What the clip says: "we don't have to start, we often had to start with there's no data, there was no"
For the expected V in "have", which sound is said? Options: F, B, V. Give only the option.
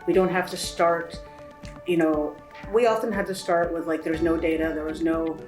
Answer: F